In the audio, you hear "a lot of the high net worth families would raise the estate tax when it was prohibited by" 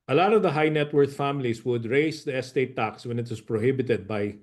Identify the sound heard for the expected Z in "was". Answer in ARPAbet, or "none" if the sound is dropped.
S